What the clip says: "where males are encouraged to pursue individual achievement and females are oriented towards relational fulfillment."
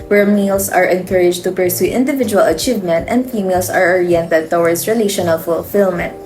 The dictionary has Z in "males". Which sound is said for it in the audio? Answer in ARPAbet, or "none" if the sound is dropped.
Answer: S